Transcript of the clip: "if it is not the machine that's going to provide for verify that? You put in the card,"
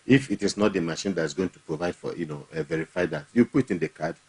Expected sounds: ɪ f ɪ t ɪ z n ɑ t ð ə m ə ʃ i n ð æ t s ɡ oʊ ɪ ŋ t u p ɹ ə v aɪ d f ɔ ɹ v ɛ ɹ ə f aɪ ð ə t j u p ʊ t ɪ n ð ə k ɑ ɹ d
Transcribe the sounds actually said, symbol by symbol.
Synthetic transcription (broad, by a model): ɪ f ɪ t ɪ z n ɑ t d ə m ə ʃ i n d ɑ t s ɡ oʊ ɪ ŋ t u p ɹ ə v aɪ d f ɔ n v ɛ ɹ ə f aɪ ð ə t j u p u t ɪ n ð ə k ɑ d